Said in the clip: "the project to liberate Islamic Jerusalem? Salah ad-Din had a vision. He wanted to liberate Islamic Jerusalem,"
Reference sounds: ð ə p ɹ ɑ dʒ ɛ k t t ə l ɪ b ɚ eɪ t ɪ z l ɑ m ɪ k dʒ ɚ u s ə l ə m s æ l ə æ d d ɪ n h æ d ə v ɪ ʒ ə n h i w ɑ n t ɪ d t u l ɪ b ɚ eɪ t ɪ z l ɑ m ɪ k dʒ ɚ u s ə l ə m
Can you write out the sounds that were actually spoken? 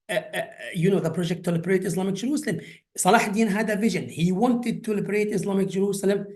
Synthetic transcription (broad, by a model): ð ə p ɹ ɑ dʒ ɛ k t t ə l ɪ b ɚ eɪ t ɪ s l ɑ m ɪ k dʒ ɚ u s ə l ə m s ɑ l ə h d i n h æ d ə v ɪ ʒ ə n h i w ɑ n t ɪ d t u l ɪ b ɚ eɪ t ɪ s l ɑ m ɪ k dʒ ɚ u s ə l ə m